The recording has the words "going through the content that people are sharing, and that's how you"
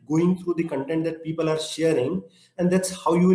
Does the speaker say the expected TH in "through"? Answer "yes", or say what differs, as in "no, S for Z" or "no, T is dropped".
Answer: no, T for TH